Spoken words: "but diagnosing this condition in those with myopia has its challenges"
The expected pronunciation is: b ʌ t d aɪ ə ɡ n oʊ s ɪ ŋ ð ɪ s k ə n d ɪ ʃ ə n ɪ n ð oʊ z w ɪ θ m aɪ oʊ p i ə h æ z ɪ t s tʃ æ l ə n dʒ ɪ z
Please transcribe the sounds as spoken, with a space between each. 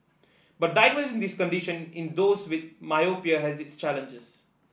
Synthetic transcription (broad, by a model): b ʌ t d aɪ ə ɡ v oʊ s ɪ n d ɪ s k ə n d ɪ ʃ ə n ɪ n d oʊ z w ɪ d m aɪ oʊ p i ə h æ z ɪ t s tʃ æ l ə n dʒ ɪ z